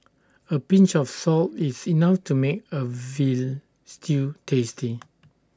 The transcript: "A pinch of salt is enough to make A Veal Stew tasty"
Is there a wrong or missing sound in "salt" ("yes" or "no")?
no